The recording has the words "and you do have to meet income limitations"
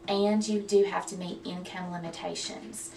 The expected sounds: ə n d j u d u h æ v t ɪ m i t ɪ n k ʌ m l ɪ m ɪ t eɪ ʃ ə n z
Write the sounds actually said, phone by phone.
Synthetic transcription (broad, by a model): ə n j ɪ d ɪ h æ f t ɪ m i t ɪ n k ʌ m l ɪ m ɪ t eɪ ʃ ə n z